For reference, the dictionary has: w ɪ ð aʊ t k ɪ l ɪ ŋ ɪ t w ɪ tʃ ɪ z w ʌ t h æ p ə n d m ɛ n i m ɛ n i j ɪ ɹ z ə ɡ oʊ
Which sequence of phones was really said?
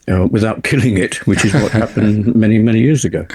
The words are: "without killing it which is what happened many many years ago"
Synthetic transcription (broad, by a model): w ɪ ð aʊ t k ɪ l ɪ ŋ ɪ t w ɪ tʃ ɪ z w ʌ t h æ p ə n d m ɛ n i m ɛ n i j ɪ ɹ z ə ɡ oʊ